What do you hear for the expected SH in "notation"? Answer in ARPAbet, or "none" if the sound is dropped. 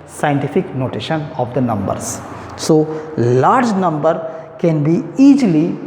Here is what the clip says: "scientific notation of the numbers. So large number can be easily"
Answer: SH